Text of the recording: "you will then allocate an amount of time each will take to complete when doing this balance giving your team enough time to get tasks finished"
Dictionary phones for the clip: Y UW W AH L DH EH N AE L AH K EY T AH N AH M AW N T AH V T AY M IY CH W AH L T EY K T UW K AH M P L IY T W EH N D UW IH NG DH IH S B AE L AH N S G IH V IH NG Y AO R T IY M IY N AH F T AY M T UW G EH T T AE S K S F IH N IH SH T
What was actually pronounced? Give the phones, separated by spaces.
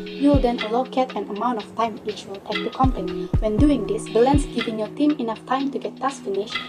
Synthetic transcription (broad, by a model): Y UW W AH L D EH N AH L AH K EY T AH N AH M AW N T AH F T AY M IY CH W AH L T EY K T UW K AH M P N IY W EH N D UW IH NG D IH S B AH L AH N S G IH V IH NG Y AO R T IY M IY N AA F T AY M T UW G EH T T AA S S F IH N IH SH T